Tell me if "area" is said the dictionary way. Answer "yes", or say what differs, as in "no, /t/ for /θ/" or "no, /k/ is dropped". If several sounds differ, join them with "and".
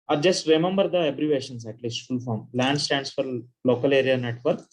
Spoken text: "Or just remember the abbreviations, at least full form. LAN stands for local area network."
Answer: yes